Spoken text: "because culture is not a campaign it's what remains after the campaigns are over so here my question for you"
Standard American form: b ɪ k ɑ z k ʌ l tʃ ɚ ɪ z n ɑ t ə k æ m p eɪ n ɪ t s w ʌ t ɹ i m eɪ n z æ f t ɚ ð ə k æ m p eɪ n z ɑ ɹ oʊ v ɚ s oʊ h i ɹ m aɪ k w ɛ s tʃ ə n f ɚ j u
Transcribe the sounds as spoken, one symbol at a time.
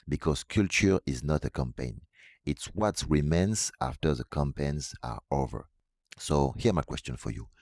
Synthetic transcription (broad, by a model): b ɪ k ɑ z k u l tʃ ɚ ɪ z n ɑ t ə k æ m p eɪ n ɪ t s w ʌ t ɹ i m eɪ n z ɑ f t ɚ ð ə k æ m p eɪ n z ɑ ɹ oʊ v ɚ s oʊ h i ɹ m aɪ k w ɛ s tʃ ə n f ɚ j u